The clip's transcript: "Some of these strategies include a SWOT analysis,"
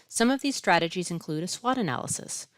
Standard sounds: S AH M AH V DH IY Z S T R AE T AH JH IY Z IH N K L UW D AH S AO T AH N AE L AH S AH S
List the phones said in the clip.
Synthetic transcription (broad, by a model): S AH M AH V DH IY Z S T R AE T AH JH IY Z IH N K L UW D AH S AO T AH N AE L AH S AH S